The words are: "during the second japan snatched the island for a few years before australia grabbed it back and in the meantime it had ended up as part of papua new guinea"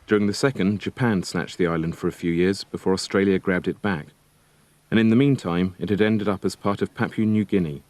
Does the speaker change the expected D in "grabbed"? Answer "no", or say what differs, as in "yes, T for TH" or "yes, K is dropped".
no